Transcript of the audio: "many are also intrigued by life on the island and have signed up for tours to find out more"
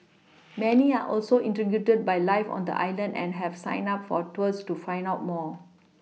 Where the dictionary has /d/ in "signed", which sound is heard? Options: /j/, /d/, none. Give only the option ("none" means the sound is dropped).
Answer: none